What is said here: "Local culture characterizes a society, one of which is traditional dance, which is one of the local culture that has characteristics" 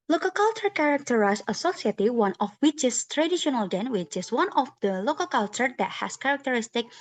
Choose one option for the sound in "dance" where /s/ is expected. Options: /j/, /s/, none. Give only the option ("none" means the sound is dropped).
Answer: none